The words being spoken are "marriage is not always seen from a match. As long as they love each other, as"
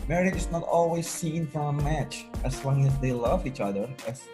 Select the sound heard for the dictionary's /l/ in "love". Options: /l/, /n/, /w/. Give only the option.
/l/